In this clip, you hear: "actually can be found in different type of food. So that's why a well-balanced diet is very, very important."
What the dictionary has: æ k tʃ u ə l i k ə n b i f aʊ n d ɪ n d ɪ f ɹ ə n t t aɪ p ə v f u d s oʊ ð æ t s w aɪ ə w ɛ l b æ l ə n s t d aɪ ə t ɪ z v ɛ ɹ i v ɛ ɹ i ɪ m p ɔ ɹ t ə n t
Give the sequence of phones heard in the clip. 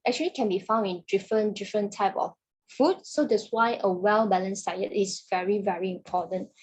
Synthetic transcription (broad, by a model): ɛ k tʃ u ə l i k ə n b i f aʊ n d ɪ n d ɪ f ɹ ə n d t aɪ p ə f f u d s oʊ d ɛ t s w aɪ ə w ɛ l b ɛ l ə n s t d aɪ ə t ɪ s v ɛ ɹ i v ɛ ɹ i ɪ m p ɔ t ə n t